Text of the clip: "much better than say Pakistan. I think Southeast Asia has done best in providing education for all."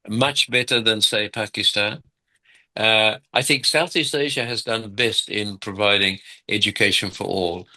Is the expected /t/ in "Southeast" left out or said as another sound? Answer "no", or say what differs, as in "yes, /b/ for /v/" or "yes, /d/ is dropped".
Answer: no